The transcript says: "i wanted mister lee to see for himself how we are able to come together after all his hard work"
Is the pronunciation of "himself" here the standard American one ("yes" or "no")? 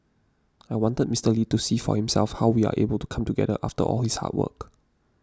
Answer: yes